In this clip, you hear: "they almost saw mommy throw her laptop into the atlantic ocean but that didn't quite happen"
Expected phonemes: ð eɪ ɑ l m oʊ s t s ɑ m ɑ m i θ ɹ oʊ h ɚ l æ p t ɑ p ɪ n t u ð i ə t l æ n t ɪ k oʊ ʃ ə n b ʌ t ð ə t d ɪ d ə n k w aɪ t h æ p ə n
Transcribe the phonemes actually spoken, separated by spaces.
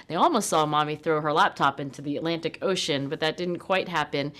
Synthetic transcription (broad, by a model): ð eɪ ɑ l m oʊ s t s ɑ m ɑ m i θ ɹ oʊ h ɚ l æ p t ɑ p ɪ n t u ð i ə t l æ n t ɪ k oʊ ʃ ə n b ʌ t ð ə t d ɪ d n k w aɪ t h æ p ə n